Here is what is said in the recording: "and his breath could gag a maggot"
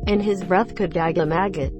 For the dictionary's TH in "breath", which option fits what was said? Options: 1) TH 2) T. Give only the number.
1